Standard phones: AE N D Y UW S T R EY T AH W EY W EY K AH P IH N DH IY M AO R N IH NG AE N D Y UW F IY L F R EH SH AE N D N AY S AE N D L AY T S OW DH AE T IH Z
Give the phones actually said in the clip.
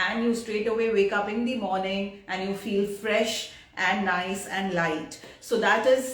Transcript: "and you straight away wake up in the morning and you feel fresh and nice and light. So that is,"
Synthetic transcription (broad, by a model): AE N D Y UW S T R EY T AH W EY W EY K AH P IH N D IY M AO R N IH NG AE N D Y UW F IY L F R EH SH AE N D N AY S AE N D L AY T S OW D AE T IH Z